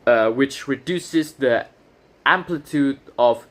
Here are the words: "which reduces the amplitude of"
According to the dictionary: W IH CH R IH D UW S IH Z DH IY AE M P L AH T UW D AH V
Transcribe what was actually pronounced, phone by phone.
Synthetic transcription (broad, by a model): W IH CH R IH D UW S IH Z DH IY AE M P L AH T UW D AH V